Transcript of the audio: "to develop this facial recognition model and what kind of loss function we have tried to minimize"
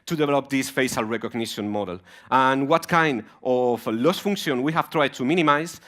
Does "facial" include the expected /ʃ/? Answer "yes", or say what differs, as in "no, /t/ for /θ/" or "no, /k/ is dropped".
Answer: no, /s/ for /ʃ/